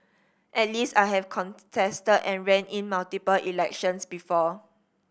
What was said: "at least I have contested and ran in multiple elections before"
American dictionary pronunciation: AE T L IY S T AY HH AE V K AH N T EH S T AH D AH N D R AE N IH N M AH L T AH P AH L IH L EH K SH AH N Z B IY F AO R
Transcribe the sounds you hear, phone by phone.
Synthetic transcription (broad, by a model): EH T L IY S T AY HH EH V K AH N T EH S T AH D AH N R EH N IH N M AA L T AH P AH L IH L EH K SH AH N S B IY F AO